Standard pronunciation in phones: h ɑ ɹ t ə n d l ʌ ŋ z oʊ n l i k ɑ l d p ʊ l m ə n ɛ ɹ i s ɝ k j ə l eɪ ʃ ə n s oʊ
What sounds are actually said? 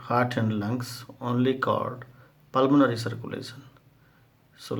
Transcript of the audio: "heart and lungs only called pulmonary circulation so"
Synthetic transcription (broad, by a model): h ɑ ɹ t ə n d l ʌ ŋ s oʊ n l i k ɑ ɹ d p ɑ l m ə n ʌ ɹ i s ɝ k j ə l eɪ s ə n s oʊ